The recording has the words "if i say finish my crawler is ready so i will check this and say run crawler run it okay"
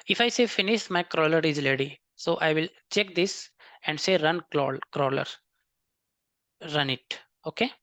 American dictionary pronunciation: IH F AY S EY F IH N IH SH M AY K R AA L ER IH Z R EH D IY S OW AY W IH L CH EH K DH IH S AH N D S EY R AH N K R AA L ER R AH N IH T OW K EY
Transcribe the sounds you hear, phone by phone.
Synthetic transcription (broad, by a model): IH F AY S EY F IH N IH SH M AY K R AA L ER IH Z L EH D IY S OW AY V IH L CH EH K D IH S AH N D S EY R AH N K R AA L ER R AH N IH T OW K EY